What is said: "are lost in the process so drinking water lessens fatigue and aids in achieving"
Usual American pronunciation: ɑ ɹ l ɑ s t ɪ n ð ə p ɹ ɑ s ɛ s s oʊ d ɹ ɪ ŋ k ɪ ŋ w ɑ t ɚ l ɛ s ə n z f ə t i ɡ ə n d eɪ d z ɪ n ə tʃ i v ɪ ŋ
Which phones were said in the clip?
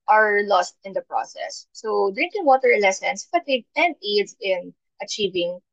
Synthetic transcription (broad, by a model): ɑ ɹ l ɑ s t ɪ n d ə p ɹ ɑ s ɛ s s oʊ d ɹ ɪ ŋ k ɪ ŋ w ɑ t ɚ l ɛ s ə n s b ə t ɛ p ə n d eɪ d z ɪ n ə tʃ i v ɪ ŋ